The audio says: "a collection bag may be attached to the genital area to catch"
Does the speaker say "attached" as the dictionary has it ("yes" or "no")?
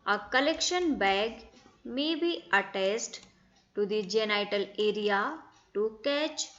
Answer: no